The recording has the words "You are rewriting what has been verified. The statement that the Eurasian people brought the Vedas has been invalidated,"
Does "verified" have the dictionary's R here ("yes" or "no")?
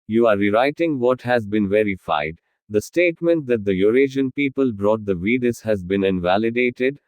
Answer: yes